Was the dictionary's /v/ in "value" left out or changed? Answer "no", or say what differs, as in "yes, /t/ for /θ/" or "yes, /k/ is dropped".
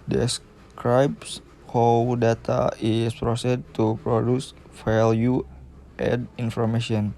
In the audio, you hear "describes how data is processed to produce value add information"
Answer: yes, /f/ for /v/